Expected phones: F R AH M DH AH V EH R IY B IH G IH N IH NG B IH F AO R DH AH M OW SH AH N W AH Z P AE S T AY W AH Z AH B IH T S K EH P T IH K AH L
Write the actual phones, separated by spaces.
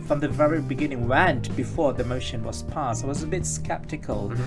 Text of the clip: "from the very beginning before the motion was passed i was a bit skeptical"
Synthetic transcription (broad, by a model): F R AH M DH AH V EH R IY B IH G IH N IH NG B IH F AO R DH AH M OW SH AH N W AH Z P AE S T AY W AH Z AH B IH T S K EH P T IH K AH L